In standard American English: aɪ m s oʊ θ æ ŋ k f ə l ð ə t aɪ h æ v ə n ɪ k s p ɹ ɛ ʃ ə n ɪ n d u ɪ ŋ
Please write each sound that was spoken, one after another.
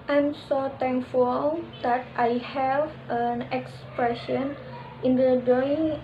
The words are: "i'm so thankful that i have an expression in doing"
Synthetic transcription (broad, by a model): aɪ m s oʊ t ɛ ŋ k f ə l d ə t aɪ h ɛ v ə n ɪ k s p ɹ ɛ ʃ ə n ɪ n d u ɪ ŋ